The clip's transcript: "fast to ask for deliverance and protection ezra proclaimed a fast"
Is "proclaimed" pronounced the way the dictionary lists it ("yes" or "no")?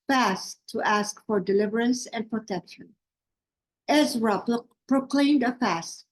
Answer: yes